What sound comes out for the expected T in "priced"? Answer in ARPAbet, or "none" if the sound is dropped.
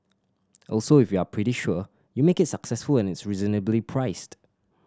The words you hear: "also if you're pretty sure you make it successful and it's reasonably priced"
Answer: T